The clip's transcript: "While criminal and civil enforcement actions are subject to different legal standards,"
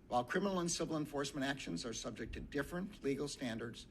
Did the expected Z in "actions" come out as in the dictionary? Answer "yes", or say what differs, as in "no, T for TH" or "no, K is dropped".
yes